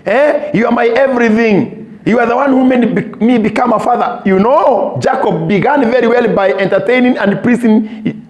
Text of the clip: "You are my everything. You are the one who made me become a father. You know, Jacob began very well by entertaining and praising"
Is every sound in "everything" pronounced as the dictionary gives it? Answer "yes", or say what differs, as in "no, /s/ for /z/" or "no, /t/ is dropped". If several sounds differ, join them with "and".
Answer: yes